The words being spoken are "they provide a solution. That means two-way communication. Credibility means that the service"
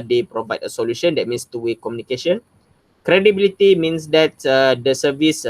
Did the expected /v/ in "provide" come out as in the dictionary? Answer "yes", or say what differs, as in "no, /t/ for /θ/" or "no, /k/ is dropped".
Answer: yes